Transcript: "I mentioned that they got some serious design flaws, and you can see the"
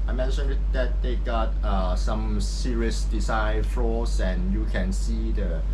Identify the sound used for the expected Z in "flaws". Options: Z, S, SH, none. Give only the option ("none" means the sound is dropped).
S